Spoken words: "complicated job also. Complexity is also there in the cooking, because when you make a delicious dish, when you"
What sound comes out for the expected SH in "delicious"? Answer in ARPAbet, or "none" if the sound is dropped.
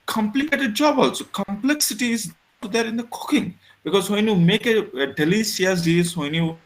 S